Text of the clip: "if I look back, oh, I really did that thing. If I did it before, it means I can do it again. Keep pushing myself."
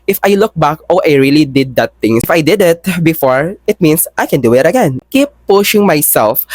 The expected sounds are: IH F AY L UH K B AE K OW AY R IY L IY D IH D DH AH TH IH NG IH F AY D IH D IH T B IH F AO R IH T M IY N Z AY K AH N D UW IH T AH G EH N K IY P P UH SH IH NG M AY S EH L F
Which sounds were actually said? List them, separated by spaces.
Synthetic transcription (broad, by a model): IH F AY L UH K B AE K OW AY R IY L IY D IH D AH T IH NG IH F AY D IH D IH T B IH F AO R IH T M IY N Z AY K AH N D UW IH T AH G EH N K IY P P UH SH IH NG M AY S EH L F